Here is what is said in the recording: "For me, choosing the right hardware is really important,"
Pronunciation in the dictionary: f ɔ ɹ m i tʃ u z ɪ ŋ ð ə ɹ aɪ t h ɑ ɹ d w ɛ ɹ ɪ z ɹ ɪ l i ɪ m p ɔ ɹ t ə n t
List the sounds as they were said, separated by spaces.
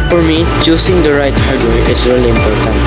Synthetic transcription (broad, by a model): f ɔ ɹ m i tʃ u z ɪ ŋ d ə ɹ aɪ t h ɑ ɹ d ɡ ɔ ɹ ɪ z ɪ w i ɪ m p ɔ ɹ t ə n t